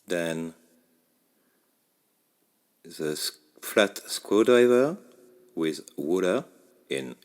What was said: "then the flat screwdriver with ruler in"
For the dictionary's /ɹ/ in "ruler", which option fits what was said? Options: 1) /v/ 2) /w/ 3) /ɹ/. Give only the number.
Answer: 2